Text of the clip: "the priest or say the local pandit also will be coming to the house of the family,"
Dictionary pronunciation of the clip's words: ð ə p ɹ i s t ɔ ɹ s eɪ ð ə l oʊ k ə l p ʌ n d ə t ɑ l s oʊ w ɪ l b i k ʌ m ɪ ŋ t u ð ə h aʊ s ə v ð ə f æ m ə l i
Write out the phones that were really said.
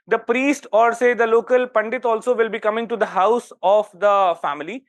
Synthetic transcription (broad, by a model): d ə p ɹ i s t ɔ ɹ s eɪ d ə l oʊ k ə l p ʌ n d ə t ɑ l s oʊ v ɪ l b i k ʌ m ɪ ŋ t u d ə h aʊ s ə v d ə f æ m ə l i